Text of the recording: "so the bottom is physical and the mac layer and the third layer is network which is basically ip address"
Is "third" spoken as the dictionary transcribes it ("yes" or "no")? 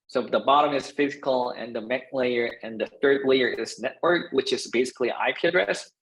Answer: yes